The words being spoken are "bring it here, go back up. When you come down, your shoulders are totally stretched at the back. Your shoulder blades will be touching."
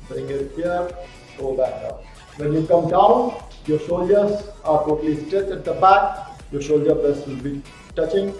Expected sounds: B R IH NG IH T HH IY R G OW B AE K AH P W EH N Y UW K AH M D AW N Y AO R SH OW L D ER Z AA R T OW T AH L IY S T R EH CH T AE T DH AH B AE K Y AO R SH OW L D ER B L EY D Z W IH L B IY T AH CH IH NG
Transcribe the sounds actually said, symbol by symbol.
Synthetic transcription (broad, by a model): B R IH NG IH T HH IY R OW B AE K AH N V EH N Y UW K AH M D AW N Y AO R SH OW L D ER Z AA R T OW T AH L IY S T EH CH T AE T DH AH B AE K Y AO R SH OW L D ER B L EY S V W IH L B IY T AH CH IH NG